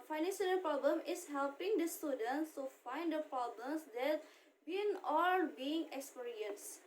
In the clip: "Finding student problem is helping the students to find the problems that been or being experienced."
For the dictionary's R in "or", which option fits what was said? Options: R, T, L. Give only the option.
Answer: L